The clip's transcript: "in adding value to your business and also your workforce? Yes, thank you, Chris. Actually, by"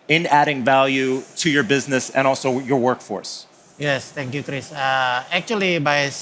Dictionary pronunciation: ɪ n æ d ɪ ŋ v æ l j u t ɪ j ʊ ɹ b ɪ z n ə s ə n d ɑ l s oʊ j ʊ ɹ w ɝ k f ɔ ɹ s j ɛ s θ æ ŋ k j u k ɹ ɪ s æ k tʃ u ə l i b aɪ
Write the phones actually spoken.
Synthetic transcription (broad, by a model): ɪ n æ d ɪ ŋ v æ l j u t ɪ j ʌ ɹ b ɪ z n ə s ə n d ɑ l s oʊ j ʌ ɹ w ɝ k f ɔ ɹ s j ɛ s t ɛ ŋ k j u k ɹ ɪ s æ k tʃ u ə l i b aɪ